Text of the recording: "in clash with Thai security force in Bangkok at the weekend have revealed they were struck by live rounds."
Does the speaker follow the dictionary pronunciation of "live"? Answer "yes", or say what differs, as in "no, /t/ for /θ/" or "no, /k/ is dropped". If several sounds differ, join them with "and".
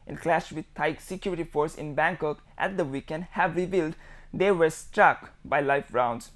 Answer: no, /f/ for /v/